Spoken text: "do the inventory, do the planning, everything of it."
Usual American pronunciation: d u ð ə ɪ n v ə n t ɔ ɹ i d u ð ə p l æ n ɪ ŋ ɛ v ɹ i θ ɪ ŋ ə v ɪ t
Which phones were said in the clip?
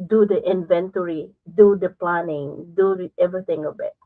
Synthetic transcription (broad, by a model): d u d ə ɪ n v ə n t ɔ ɹ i d u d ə p l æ n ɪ ŋ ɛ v ɹ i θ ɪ ŋ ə b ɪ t